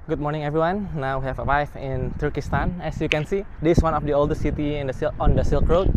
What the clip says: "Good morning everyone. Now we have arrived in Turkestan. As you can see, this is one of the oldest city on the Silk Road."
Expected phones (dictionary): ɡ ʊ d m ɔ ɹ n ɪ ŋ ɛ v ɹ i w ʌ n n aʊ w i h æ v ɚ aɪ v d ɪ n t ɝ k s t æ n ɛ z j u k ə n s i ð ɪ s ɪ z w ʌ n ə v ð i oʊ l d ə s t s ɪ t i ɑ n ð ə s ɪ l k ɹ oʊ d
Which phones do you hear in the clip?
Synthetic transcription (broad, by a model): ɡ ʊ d m ɔ ɹ n ɪ ŋ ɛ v ɹ i w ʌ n n aʊ w i h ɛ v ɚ aɪ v ɪ n t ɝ k s t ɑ n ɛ s j u k ə n s i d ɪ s w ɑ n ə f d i oʊ l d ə s t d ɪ s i ɑ n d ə s ɪ l k ɹ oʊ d